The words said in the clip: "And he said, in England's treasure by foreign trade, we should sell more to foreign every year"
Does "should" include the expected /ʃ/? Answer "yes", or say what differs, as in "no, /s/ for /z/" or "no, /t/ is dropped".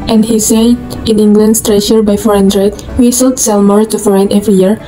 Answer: no, /s/ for /ʃ/